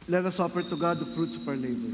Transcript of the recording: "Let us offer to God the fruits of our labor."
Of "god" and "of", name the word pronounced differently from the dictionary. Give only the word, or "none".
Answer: of